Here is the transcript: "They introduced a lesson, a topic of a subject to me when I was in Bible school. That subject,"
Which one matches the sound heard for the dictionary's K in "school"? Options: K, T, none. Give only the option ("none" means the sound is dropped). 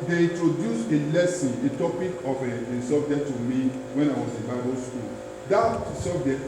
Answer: K